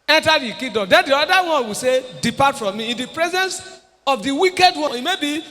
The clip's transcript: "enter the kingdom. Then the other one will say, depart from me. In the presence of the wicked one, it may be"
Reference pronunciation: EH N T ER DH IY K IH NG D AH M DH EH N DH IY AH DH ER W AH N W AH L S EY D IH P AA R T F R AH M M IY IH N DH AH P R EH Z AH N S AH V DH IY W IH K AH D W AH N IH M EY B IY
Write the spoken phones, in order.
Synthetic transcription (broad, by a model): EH N T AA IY K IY D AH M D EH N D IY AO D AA W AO N W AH S EY D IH P AA T F R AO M M IY IH N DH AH P R EH Z AH N S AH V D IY W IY K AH D W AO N IH M EY B IY